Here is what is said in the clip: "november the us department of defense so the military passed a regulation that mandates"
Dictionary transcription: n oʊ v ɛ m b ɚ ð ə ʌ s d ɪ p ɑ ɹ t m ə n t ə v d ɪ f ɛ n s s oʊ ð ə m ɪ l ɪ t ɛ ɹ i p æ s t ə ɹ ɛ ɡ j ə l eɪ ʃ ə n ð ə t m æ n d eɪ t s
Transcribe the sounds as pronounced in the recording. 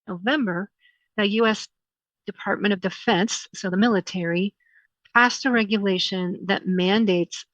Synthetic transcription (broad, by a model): n oʊ v ɛ m b ɚ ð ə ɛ s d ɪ p ɑ ɹ t m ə t ə v d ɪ f ɛ n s s oʊ ð ə m ɪ l ɪ t ɛ ɹ i p æ s t ə ɹ ɛ ɡ j ə l eɪ ʃ ə n ð ə t m æ n d eɪ t s